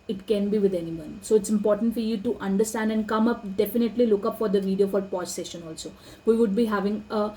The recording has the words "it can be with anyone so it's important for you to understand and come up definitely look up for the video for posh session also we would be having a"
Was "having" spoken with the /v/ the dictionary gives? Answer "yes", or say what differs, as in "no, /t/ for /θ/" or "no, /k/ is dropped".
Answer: yes